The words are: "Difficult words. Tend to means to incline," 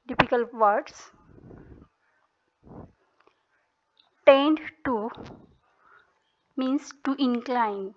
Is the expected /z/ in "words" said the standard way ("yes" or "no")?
no